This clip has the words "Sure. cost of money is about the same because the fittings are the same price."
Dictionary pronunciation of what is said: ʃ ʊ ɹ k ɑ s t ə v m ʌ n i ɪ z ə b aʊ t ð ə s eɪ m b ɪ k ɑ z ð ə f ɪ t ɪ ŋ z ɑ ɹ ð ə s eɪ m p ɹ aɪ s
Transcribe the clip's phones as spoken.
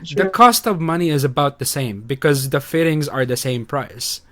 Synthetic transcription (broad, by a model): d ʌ k ɑ s t ə v m ʌ n i ɪ z ə b aʊ t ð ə s eɪ m b ɪ k ɑ z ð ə f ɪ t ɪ ŋ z ɑ ɹ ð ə s eɪ m p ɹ aɪ s